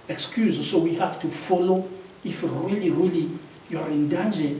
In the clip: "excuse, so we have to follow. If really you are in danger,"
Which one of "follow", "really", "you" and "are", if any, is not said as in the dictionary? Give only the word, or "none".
none